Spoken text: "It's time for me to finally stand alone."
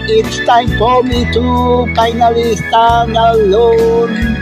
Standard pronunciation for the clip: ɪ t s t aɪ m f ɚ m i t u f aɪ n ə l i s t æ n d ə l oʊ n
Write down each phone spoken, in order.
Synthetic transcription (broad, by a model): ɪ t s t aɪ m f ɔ m i t u p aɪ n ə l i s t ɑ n ə l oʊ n